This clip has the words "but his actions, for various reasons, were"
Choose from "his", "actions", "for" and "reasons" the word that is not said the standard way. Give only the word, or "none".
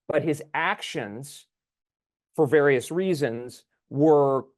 none